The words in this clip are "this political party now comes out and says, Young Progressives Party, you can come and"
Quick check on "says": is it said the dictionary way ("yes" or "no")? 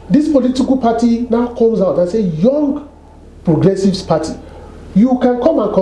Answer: no